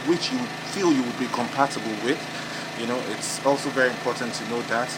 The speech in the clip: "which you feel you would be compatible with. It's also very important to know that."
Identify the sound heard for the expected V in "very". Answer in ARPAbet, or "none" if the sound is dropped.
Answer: V